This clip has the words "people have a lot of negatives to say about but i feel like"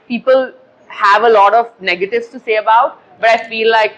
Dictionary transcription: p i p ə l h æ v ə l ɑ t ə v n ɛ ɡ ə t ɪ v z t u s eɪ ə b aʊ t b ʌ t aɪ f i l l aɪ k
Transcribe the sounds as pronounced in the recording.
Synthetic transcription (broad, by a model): p i p ə l h æ v ə l ɑ t ə v n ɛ ɡ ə t ɪ v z t u s eɪ ə b aʊ t b ʌ t aɪ f i l l aɪ k